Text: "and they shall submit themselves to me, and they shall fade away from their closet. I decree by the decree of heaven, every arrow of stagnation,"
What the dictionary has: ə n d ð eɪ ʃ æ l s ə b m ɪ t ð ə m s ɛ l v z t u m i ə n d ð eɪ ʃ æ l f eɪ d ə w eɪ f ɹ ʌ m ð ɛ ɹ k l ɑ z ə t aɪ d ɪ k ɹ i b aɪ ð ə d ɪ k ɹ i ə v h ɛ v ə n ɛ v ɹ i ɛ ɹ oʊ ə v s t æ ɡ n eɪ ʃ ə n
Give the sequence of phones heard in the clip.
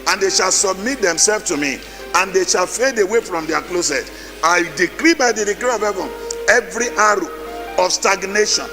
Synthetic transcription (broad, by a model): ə n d eɪ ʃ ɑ l s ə b m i t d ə m s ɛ l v t u m i ə n d eɪ ʃ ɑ l f eɪ d ə w eɪ f ɹ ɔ m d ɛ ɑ k l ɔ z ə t aɪ d ɪ k ɹ i b aɪ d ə d ɪ k ɹ i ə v h ɛ v ə n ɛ v ɹ i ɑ ɹ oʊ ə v s t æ ɡ n eɪ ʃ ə n